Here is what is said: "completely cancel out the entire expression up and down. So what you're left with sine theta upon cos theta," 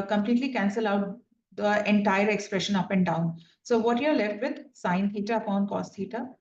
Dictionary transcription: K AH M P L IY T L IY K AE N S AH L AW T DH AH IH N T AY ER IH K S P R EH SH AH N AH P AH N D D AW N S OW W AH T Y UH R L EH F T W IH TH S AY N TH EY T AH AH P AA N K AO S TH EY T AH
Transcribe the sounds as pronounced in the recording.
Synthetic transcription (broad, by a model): K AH M P L IY T L IY K AE N S AH L AW T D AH IH N T AY ER IH K S P R EH SH AH N AH P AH N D D AW N S OW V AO T Y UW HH L EH F T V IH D S AY N T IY T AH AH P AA N K AO S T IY T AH